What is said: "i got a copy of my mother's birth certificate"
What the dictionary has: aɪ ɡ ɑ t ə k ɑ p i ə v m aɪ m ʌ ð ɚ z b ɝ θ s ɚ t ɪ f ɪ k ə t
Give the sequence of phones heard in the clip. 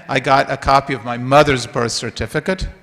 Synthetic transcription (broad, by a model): aɪ ɡ ɑ t ə k ɑ p i ə v m aɪ m ʌ ð ɚ z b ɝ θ s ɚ t ɪ f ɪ k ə t